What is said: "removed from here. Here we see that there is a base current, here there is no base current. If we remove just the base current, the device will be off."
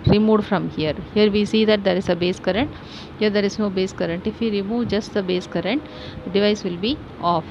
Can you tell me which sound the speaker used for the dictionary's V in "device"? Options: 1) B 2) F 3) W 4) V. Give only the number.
4